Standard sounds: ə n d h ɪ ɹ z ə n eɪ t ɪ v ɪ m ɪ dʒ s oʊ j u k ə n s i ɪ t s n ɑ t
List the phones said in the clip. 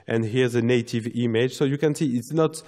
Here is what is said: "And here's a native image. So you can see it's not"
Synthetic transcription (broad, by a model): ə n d h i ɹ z ə n eɪ t ɪ v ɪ m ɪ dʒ s oʊ j u k ə n s i ɪ t s n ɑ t